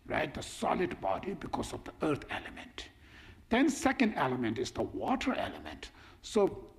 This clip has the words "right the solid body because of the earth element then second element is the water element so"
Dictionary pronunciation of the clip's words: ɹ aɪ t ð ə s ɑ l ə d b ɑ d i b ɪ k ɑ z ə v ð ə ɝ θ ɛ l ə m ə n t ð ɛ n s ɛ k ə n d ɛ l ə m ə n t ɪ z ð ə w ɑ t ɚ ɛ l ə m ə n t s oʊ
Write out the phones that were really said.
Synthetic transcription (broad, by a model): ɹ aɪ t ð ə s ɑ l ə d b ɑ d i b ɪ k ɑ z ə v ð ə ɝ t ɛ l ə m ə n t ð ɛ n s ɛ k ə n d ɛ l ə m ə n t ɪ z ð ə w ɑ t ɚ ɛ l ə m ə n t s oʊ